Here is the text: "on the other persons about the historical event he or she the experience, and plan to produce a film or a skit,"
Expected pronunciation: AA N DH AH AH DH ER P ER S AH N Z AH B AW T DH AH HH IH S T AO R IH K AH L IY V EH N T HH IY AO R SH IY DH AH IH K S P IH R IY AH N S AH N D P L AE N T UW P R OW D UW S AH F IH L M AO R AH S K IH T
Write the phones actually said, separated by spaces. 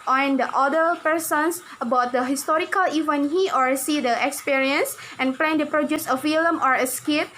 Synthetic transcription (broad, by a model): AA N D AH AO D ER P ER S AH N S AH B AW T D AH HH IH S T AO R IH K AH L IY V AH N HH IY AO R S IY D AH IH K S P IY R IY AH N S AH N P L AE N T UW P R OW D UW S AH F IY L M AO R AH S K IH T